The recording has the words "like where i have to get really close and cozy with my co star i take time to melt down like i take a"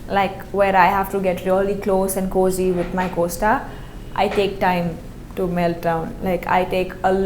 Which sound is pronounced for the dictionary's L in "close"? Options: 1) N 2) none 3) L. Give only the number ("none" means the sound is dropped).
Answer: 3